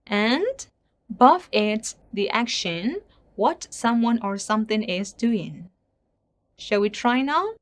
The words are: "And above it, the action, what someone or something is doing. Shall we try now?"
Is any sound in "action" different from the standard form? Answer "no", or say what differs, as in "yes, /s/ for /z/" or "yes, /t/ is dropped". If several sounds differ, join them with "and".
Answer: no